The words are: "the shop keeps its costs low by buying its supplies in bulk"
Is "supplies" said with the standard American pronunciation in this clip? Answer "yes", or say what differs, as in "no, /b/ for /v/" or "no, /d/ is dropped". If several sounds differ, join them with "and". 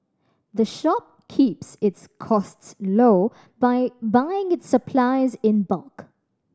yes